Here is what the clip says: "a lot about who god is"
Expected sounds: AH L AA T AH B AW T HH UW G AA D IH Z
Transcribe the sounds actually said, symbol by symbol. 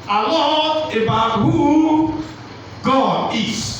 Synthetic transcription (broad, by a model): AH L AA AH B AW T HH UW G AA D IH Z